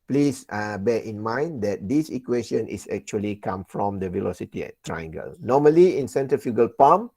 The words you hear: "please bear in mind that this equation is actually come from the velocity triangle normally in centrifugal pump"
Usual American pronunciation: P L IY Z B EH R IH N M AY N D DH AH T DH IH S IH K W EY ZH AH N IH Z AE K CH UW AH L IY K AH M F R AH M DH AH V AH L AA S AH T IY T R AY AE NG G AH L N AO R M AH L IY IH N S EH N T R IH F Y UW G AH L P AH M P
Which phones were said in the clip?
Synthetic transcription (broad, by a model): P L IY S B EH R IH N M AY N D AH T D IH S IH K W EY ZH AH N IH S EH K CH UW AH L IY K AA M F R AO M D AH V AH L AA S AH T IY T R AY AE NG G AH L N AO M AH L IY IH N S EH N T IH F Y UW G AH L P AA M